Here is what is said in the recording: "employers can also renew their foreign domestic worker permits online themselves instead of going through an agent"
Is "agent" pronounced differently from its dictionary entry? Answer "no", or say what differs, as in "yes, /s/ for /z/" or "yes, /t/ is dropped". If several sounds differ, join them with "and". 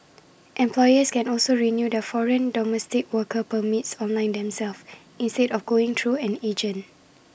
yes, /t/ is dropped